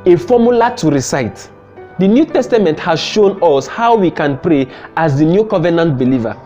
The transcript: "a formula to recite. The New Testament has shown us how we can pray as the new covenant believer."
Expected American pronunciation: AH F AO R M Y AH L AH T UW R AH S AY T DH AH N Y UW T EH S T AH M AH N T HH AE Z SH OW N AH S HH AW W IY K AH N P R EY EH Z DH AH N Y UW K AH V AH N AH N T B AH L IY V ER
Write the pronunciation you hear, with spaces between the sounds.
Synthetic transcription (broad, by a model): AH F AO M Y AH L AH T UW R AH S AY T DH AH N Y UW T EH S T AH M AH N T HH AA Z SH OW N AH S HH AW W IY K AH N P R EY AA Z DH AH N Y UW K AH V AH N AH N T B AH L IY V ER